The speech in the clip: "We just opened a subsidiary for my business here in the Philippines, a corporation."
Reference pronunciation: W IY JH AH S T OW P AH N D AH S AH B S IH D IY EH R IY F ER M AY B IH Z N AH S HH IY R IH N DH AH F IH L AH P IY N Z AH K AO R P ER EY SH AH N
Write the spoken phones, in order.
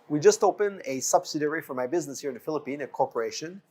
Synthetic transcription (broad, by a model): W IY JH AH S T OW P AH N AH S AH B S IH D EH R IY F ER M AY B IH Z N AH S HH IY R IH N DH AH F IH L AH P IY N AH K AO R P ER EY SH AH N